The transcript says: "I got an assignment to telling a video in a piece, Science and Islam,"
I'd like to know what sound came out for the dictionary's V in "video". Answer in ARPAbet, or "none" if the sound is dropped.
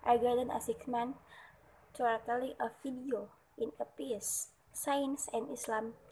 F